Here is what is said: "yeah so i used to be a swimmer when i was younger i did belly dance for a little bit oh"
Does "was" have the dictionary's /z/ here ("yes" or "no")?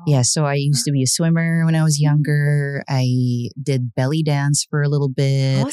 yes